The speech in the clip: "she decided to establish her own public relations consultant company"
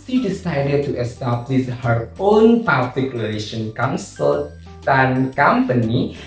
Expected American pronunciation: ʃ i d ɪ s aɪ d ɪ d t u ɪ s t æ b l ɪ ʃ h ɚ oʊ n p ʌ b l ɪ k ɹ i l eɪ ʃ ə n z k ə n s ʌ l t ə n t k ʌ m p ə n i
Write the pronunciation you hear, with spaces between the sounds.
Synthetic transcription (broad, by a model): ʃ i d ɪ s aɪ d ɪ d t u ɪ s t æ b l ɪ s h ɚ oʊ n p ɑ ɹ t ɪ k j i l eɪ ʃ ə n k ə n s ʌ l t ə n k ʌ m p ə n i